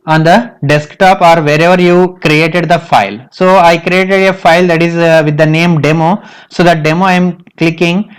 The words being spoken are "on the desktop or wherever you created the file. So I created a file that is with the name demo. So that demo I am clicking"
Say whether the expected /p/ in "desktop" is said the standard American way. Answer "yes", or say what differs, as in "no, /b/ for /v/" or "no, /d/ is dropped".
yes